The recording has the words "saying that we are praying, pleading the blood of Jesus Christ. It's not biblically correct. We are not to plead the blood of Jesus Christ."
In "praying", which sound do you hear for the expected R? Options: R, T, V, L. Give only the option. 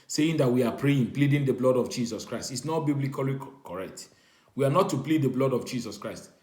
R